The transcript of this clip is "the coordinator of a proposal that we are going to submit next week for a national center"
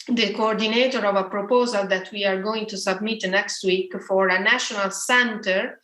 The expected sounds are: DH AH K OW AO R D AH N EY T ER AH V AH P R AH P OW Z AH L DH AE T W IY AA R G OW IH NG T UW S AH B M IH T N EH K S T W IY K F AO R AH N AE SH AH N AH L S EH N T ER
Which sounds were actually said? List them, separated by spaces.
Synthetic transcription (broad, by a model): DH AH K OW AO R D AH N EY T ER AH V AH P R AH P OW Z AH L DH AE T W IY AA R G OW IH NG T UW S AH B M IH T N EH K S T W IY K F AO R AH N AE SH AH N AH L S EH N T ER